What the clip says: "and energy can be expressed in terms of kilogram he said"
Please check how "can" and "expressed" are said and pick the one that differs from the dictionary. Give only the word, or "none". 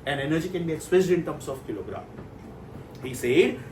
expressed